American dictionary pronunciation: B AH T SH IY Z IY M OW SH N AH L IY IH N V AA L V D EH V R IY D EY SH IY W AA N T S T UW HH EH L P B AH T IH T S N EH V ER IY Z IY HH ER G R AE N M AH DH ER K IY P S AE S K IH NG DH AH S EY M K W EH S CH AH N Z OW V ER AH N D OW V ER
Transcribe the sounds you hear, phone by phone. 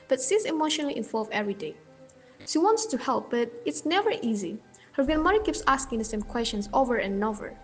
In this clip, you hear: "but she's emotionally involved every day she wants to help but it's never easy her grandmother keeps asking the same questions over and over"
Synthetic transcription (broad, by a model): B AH T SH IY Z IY M OW SH N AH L IY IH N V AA L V EH V R IY D EY SH IY W AA N T S T UW HH EH L P B AH T IH T S N EH V ER IY Z IY HH ER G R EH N M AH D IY K IY P S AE S K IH NG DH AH S EY M K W EH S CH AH N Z OW V ER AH N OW V ER